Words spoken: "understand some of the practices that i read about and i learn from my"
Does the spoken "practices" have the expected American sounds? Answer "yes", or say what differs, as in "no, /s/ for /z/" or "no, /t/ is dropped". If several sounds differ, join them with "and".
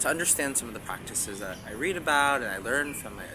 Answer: yes